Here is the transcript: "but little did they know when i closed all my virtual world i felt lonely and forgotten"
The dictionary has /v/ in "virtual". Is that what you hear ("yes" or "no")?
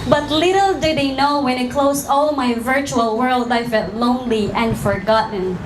yes